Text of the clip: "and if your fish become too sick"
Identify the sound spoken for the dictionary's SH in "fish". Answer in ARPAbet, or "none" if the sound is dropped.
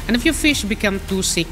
SH